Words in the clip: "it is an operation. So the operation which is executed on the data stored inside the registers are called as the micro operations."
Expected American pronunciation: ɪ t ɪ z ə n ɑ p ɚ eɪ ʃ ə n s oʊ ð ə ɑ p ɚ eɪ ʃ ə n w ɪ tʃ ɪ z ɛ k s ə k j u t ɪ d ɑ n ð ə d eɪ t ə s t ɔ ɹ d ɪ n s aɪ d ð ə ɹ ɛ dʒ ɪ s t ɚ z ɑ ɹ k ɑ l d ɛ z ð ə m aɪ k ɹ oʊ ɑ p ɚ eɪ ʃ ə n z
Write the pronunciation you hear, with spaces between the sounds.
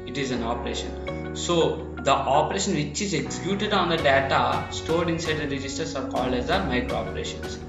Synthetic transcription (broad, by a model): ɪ t ɪ z ə n ɑ p ɚ eɪ ʃ ə n s oʊ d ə ɑ p ɚ eɪ ʃ ə n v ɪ tʃ ɪ z ɛ k s ə k j u t ɪ d ɑ n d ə d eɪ t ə s t ɔ ɹ d ɪ n s aɪ d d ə ɹ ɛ dʒ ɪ s t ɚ s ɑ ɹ k ɑ l d ɛ z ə m aɪ k ɹ oʊ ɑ p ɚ eɪ ʃ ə n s